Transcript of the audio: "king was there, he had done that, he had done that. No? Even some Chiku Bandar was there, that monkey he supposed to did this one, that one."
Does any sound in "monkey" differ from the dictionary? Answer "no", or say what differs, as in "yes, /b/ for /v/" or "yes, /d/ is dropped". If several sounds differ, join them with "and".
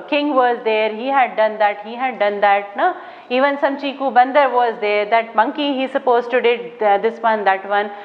no